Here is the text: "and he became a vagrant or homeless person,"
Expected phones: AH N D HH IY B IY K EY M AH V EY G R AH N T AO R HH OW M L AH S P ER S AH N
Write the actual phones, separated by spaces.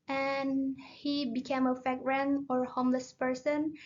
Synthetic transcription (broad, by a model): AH N HH IY B IY K EY M AH F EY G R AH N AO R HH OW M L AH S P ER S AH N